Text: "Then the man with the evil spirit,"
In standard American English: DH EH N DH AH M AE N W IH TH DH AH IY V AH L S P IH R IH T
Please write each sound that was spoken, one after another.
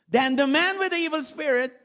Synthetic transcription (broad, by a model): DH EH N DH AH M AE N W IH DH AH IY V AH L S P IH R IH T